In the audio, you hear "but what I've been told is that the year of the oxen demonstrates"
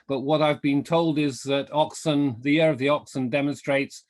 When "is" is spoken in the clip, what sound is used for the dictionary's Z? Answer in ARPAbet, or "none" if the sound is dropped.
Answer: Z